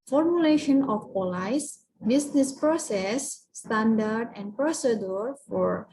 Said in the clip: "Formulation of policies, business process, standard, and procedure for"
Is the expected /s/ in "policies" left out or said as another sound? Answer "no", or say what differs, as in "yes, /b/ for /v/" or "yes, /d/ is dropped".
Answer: yes, /s/ is dropped